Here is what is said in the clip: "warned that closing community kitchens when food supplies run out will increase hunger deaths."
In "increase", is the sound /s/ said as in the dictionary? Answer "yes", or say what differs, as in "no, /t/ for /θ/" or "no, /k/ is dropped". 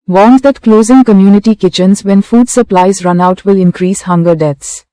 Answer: yes